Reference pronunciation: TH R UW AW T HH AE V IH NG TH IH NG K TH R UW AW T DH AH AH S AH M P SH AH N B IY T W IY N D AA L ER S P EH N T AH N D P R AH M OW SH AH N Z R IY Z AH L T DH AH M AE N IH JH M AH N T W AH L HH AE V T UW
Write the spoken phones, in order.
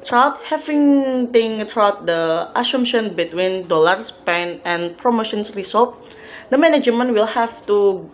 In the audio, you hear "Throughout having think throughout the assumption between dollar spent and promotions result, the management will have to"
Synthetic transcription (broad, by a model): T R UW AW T HH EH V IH NG T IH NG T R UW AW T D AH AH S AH M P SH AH N B IY T W IY N D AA L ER S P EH N AH N P R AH M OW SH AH N S R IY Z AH L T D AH M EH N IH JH M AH N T W AH L HH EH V T UW